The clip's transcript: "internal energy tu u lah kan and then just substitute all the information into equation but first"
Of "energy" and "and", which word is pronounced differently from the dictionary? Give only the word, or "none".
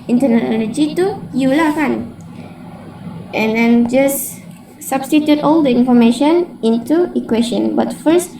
energy